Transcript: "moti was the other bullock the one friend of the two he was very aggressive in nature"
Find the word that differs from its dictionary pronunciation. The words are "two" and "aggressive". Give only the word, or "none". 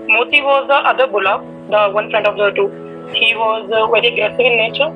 aggressive